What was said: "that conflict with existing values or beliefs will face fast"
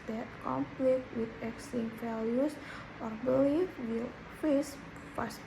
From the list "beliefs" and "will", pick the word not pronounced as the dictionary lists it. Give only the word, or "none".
beliefs